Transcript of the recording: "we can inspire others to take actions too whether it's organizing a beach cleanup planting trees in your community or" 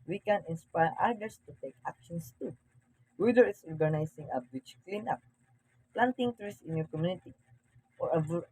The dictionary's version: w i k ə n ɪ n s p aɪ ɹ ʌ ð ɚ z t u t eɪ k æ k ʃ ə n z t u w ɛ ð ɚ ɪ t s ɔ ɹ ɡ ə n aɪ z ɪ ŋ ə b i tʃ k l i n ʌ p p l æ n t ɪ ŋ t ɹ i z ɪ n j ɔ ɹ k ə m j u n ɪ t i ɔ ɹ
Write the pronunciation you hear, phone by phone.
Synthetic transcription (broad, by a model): w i k ə n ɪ n s p aɪ ɹ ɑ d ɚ s t u t eɪ k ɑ k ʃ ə n s t u w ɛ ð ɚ ɪ t s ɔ ɹ ɡ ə n aɪ s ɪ ŋ ə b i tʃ k l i n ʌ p p l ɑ n t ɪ ŋ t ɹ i s ɪ n j ɔ ɹ k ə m j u n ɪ t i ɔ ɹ